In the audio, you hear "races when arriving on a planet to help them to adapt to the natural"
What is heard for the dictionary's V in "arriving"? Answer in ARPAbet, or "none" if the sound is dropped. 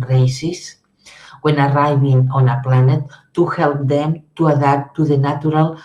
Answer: B